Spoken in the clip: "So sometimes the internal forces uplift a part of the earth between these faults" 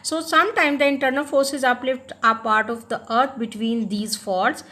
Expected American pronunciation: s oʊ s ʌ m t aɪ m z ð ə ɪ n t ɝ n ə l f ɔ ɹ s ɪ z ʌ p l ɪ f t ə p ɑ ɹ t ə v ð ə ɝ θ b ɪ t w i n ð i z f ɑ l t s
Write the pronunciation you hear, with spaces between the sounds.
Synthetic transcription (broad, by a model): s oʊ s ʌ m t aɪ m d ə ɪ n t ɝ n ə l f ɔ ɹ s ɪ z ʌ p l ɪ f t ə p ɑ ɹ t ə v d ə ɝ t b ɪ t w i n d i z f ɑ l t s